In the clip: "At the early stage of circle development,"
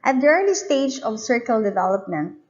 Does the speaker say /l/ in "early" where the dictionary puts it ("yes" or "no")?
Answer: no